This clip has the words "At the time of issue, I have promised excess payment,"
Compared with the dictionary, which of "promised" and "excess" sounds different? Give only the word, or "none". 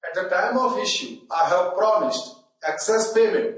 none